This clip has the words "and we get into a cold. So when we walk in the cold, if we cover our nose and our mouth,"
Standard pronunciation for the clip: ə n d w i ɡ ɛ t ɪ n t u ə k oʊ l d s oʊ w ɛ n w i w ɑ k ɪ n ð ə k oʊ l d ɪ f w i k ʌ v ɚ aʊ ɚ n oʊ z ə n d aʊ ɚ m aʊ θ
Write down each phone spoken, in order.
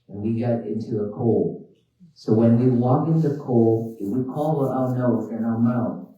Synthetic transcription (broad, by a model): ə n w i ɡ ɛ t ɪ n t u ə k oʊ l s oʊ w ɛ n w i w ɑ k ɪ n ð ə k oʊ l ɪ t w i k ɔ w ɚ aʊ n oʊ ə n aʊ ɚ m aʊ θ